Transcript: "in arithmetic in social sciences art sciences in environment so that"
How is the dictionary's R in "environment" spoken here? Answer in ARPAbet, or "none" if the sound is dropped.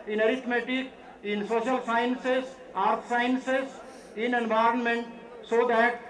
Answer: R